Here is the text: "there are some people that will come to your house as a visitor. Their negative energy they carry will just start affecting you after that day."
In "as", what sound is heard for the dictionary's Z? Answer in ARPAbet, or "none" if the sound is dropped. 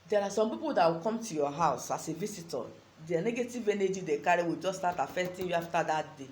S